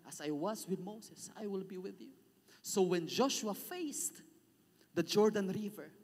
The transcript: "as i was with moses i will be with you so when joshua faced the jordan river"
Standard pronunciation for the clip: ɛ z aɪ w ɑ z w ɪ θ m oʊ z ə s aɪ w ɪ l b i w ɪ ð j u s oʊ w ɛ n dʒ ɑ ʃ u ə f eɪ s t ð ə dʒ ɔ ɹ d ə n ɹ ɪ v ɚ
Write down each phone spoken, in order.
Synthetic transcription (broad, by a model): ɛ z aɪ w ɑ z w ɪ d m oʊ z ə s aɪ w ɪ l b i w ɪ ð j u s oʊ w ɛ n dʒ ɑ ʃ u ə f eɪ s t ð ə dʒ ɔ ɹ d ə n ɹ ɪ v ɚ